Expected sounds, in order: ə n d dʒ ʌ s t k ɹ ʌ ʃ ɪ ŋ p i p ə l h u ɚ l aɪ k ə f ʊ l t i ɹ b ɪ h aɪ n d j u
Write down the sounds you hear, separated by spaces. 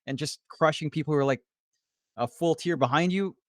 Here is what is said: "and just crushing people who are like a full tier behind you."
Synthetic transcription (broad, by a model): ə n dʒ ʌ s k ɹ ʌ ʃ ɪ ŋ p i p l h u ɚ l aɪ k ə f ʊ l t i ɹ b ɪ h aɪ n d j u